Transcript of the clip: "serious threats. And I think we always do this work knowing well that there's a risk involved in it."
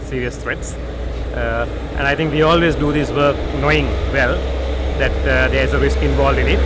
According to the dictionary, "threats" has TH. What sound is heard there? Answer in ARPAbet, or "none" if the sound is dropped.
T